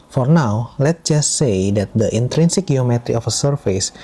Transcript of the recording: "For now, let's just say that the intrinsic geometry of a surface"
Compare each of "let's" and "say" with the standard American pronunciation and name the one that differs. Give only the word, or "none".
let's